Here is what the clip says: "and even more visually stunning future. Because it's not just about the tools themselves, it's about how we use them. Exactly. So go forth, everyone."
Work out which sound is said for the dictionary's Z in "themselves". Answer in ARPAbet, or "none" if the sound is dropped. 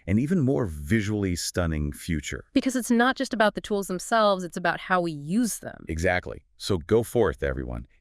Z